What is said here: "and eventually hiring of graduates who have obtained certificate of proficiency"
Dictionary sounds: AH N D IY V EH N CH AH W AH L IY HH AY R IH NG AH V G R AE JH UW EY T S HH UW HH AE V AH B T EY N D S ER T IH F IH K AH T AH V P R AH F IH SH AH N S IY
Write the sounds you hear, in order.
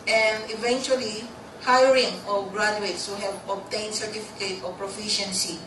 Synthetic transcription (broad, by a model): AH N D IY V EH N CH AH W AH L IY HH AY R IH NG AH G R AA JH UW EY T S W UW HH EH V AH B T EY N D S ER T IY F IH K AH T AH P R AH F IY SH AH N S IY